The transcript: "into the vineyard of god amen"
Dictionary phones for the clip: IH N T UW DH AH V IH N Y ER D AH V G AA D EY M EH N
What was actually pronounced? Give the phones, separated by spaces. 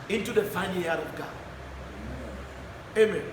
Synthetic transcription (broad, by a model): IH N T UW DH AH F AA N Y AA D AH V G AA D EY M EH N